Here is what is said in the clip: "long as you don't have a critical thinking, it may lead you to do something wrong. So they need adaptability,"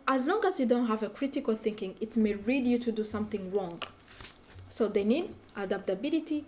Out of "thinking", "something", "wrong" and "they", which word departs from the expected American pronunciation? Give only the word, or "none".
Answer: none